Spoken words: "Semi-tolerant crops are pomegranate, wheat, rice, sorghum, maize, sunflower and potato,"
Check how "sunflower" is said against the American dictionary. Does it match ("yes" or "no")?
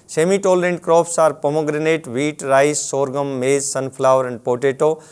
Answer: no